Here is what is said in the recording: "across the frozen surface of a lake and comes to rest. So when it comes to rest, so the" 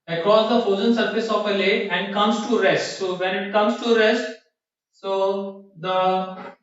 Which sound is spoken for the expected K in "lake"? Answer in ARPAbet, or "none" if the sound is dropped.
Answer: none